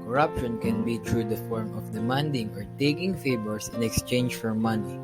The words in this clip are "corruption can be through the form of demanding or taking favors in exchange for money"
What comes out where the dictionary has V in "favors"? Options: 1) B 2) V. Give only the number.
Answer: 1